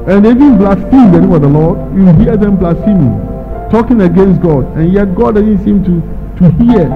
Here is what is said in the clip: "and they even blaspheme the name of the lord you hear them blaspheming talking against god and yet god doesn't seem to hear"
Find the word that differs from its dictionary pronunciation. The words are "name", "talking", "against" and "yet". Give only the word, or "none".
name